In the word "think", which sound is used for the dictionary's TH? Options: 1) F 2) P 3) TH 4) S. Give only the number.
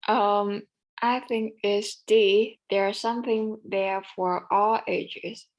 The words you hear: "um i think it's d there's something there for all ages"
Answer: 3